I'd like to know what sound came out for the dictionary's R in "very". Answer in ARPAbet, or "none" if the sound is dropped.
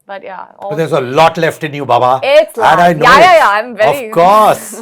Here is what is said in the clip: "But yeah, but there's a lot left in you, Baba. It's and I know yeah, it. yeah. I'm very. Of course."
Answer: none